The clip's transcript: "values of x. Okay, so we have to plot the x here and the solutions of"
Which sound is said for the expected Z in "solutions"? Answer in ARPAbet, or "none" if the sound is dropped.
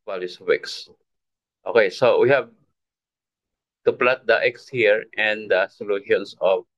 S